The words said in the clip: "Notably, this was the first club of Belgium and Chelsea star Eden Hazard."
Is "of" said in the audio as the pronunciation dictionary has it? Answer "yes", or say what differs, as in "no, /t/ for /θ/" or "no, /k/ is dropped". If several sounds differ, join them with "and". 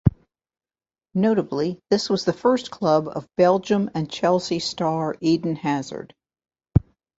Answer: yes